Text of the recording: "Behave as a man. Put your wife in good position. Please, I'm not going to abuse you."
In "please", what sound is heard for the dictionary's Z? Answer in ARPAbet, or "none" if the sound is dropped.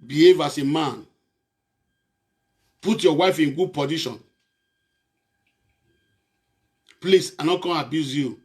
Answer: S